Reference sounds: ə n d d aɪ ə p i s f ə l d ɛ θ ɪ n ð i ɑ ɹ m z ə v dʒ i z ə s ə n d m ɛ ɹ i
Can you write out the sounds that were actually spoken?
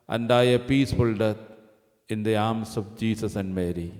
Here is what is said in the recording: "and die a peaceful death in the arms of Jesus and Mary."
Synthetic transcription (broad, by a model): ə n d d aɪ ə p i s f ə l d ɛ t ɪ n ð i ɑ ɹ m s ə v dʒ i s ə s ə n d m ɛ ɹ i